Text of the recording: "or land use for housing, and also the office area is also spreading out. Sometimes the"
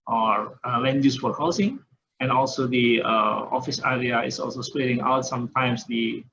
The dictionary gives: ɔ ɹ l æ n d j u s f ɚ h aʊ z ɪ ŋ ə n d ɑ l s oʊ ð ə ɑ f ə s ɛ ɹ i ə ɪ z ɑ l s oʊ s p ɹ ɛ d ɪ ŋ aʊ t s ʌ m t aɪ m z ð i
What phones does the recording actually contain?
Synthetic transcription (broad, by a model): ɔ ɹ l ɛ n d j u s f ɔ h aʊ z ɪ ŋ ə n ɑ l s oʊ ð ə ɑ f ə s ɛ ɹ i ə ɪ s ɑ l s oʊ s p l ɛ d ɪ ŋ aʊ t s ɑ m t aɪ m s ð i